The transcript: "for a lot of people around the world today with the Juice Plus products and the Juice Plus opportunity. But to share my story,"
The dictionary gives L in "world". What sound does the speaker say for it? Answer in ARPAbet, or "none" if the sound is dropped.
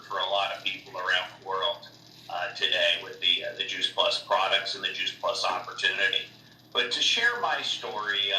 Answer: L